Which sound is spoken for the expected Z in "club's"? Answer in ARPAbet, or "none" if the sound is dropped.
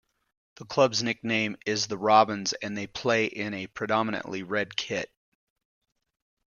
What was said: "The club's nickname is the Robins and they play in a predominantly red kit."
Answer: Z